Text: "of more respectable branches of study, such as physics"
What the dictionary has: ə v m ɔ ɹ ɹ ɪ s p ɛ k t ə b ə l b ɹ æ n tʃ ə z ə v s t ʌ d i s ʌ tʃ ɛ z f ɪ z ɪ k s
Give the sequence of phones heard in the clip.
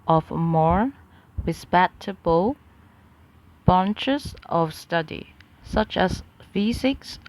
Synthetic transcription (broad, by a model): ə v m ɔ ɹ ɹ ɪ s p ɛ t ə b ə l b æ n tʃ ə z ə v s t ʌ d i s ʌ tʃ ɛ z f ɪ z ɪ k s